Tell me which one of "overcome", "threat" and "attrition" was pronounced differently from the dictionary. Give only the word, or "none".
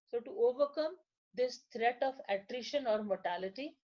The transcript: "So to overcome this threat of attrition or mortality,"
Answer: threat